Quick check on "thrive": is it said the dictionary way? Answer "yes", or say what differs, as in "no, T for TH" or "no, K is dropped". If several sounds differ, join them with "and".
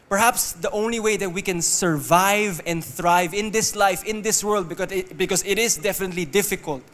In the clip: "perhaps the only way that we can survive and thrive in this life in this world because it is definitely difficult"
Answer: yes